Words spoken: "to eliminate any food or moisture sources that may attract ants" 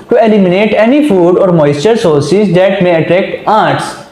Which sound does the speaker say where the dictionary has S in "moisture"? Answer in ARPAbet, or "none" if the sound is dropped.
S